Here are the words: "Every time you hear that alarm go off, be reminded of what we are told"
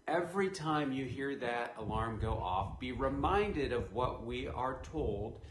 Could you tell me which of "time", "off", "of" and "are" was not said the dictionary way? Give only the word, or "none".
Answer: none